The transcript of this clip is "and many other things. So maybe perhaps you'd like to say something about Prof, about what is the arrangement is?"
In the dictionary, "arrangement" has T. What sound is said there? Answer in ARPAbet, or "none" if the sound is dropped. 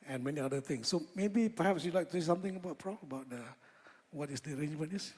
none